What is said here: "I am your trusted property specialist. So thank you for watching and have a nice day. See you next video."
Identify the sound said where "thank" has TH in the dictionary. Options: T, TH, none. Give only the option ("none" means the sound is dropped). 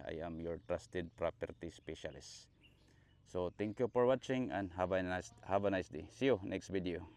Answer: T